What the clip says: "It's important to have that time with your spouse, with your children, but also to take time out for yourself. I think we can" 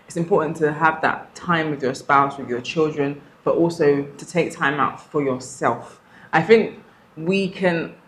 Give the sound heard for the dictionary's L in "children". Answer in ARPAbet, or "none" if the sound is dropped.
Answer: L